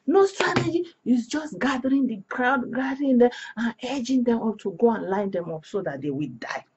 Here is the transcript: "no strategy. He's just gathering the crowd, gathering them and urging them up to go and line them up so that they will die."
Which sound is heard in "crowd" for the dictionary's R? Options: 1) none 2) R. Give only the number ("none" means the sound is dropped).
2